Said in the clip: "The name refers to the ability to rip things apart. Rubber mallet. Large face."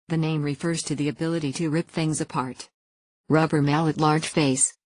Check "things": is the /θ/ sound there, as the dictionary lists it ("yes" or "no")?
yes